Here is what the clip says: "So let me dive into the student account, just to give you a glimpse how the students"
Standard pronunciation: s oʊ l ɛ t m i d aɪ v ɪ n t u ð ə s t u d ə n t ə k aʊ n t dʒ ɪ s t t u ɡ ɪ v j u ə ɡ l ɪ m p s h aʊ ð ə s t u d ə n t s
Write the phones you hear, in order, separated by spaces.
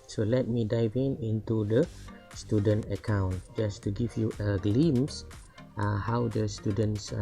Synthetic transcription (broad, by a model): s oʊ l ɛ t m i d aɪ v ɪ n t u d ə s t u d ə n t ə k aʊ n t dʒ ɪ s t t u ɡ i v j u ə ɡ l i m s h aʊ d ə s t u d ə n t s